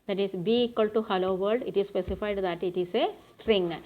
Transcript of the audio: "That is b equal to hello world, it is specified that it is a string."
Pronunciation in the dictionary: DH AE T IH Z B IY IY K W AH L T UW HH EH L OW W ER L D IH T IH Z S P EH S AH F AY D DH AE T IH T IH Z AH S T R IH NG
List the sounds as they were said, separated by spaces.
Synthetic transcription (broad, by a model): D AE T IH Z B IY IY K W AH L T UW HH EH L OW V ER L D IH T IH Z S P EH S AH F AY D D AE T IH T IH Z AH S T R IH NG